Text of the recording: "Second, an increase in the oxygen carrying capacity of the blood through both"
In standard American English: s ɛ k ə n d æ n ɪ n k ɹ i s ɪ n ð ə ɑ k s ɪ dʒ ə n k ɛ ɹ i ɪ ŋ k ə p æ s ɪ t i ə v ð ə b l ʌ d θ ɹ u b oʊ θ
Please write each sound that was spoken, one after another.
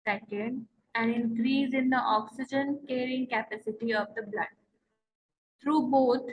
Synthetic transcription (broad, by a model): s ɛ k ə n d æ n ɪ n k ɹ i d ɪ n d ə ɑ k s ɪ dʒ ə n k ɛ ɹ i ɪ ŋ k ə p æ s ɪ t i ə v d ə b l ʌ d t ɹ u b oʊ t